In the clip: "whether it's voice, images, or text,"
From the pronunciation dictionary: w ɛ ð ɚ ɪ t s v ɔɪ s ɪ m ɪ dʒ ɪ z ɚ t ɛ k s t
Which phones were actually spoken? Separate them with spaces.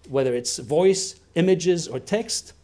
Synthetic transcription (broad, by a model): w ɛ ð ɚ ɪ t s v ɔɪ s ɪ m ɪ dʒ ɪ z ɚ t ɛ k s t